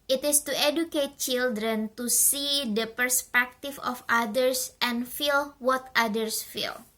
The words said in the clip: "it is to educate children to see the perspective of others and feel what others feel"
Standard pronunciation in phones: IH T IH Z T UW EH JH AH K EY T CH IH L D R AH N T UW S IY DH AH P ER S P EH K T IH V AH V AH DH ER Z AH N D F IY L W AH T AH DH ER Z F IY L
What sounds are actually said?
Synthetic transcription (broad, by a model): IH T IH S T UW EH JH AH K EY T CH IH L D R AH N T UW S IY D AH P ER S P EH K T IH F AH F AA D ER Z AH N F IY L W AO T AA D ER S F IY L